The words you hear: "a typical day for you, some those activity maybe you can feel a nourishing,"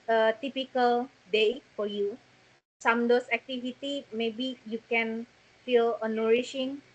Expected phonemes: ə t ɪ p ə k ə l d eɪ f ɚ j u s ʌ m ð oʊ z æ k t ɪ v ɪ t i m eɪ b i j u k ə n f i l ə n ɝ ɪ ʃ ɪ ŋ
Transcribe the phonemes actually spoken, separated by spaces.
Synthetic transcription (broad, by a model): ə t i p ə k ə l d eɪ f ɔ j u s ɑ m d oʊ s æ k t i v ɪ t i m eɪ b i j u k ə n f i l ə n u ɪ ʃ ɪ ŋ